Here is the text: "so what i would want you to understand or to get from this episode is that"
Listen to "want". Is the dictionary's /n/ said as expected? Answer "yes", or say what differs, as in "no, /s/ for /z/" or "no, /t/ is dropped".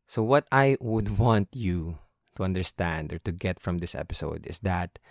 yes